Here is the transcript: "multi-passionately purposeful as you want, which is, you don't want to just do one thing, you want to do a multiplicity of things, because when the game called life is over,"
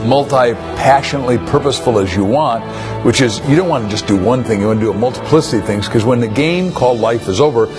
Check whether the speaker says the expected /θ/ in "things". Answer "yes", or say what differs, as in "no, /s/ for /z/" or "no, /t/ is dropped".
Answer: yes